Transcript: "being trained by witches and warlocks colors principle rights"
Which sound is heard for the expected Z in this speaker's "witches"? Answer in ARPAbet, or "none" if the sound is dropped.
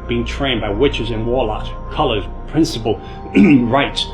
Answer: Z